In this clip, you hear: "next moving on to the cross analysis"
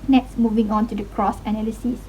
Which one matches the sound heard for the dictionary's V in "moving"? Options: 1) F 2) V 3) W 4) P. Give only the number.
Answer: 2